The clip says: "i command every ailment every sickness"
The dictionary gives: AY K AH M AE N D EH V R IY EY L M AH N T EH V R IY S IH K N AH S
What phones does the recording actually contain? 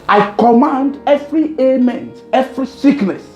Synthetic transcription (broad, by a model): AY K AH M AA N D EH V R IY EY M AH N T EH V R IY S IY K N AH S